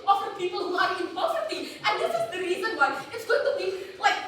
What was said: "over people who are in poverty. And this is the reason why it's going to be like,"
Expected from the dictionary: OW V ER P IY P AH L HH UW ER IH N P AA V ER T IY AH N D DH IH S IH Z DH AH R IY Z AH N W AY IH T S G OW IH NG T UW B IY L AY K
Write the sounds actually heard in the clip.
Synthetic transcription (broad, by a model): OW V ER P IY P AH L HH UW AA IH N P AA F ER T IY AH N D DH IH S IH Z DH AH R IY Z AH N W AY IH T S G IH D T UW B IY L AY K